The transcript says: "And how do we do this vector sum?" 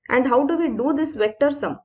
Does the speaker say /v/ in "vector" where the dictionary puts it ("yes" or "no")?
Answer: yes